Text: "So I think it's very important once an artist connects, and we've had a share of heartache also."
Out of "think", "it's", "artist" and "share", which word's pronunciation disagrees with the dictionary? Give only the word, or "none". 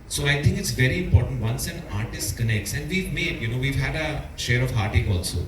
think